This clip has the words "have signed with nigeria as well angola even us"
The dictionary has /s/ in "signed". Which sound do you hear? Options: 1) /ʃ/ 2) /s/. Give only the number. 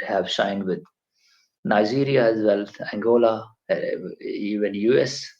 1